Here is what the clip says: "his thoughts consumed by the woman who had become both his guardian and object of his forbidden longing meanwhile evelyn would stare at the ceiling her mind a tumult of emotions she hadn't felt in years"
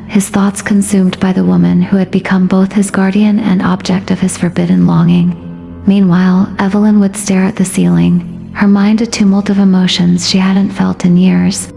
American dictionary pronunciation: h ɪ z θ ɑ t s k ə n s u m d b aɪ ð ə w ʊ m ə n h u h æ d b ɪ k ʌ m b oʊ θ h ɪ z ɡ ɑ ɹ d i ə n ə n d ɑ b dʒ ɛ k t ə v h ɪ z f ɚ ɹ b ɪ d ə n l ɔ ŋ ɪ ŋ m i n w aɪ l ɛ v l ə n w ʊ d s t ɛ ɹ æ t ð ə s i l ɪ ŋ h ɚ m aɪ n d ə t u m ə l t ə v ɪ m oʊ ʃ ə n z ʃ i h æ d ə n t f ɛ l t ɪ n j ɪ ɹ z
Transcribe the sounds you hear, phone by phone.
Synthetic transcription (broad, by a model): h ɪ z θ ɑ t s k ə n s u m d b aɪ ð ə w ʊ m ə n h u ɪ d b ɪ k ʌ m b oʊ θ h ɪ z ɡ ɑ ɹ d i ə n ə n ɑ b dʒ ɛ k t ə v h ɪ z f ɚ ɹ b ɪ d n l ɔ ŋ ɪ ŋ m i n w aɪ l ɛ v l ə n w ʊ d s t ɛ ɹ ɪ t ð ə s i l ɪ ŋ h ɚ m aɪ n d ə t u m l t ə v ɪ m oʊ ʃ ə n z ʃ i h æ d n t f ɛ l t ɪ n j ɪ ɹ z